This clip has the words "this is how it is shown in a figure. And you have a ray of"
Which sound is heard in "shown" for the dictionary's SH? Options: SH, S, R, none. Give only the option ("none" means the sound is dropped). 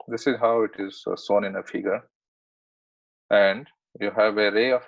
S